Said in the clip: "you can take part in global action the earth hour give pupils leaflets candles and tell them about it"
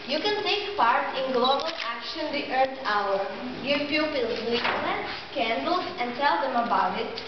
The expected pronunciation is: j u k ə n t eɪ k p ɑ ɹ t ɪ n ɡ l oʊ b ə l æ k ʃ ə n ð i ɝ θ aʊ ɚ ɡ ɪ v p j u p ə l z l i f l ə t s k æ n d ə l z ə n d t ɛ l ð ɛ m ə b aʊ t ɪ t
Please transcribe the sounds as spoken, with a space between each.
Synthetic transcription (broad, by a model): j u k ə n t eɪ k p ɑ ɹ t ɪ n ɡ l oʊ b ə l æ k ʃ ə n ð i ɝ t aʊ ɚ ɡ ɪ v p j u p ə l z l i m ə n k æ n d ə l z ə n d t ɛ l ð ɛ m ə b aʊ t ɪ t